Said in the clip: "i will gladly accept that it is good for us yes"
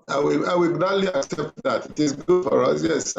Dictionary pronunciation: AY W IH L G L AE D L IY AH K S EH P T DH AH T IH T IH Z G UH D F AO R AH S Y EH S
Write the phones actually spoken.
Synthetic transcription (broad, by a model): AY W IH W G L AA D L IY AH K S EH P T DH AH T IH T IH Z G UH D F AO R AH S Y EH S